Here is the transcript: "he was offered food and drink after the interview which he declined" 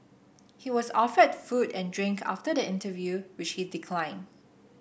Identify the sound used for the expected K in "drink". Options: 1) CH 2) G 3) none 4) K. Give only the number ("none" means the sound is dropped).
4